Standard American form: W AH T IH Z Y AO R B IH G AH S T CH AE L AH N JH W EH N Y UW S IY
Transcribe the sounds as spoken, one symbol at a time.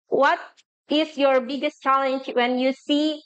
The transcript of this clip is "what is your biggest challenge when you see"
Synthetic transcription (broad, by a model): W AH T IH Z Y AO R B IH G AH S T CH AE L AH N JH W EH N Y UW S IY